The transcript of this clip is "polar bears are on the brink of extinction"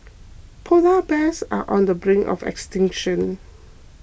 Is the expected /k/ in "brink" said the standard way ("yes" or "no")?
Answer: no